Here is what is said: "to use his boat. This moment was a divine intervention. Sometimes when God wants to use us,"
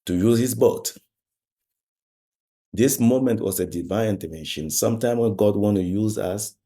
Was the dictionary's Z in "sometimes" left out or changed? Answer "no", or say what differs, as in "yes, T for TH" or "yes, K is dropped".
yes, Z is dropped